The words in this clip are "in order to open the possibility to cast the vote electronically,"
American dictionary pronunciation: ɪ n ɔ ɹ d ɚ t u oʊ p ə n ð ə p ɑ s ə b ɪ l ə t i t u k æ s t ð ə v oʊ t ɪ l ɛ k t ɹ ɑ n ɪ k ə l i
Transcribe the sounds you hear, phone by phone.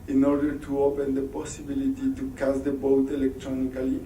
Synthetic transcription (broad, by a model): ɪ n ɔ ɹ d ɚ t u oʊ p ə n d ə p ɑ s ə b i l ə t i t u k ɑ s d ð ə b oʊ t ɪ l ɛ k t ɹ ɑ n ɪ k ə l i